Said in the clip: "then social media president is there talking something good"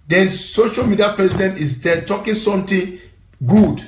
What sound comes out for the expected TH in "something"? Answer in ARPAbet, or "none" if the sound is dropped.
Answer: T